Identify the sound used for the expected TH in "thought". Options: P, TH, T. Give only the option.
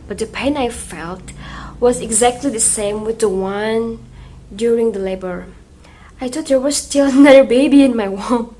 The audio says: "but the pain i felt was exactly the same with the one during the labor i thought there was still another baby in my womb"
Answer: T